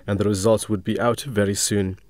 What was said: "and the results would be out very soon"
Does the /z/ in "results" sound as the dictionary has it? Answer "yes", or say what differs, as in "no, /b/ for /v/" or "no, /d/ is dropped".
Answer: yes